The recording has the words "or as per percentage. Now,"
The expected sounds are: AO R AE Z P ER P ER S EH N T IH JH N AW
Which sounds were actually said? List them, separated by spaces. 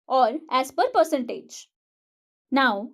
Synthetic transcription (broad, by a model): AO R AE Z P ER P ER S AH N T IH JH N AW